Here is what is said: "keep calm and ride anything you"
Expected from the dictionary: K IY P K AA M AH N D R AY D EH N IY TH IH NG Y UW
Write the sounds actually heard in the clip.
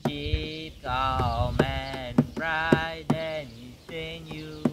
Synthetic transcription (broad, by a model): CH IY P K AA M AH N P R AY D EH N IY S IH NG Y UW